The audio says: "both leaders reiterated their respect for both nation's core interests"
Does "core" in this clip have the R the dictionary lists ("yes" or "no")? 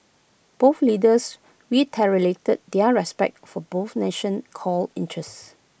no